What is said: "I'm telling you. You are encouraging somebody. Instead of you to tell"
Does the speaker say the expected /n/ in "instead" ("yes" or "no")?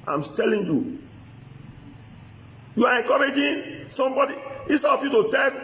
no